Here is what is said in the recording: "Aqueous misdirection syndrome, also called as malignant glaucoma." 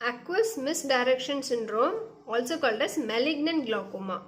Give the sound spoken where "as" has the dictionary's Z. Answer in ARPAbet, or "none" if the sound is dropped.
S